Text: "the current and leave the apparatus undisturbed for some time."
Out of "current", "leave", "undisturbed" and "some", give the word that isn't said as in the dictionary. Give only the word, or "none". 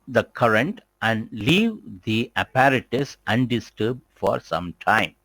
none